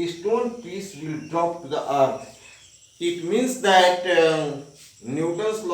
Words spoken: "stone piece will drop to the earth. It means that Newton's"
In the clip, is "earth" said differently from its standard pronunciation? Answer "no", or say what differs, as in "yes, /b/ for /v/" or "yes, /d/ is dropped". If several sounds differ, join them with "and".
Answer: yes, /t/ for /θ/